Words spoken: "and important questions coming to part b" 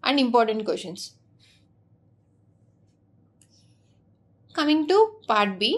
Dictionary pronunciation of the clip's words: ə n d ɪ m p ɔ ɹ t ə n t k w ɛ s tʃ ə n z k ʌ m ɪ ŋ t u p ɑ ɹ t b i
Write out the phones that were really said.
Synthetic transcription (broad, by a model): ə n d ɪ m p ɔ ɹ t ə n t k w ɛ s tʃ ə n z k ʌ m ɪ ŋ t u p ɑ ɹ t b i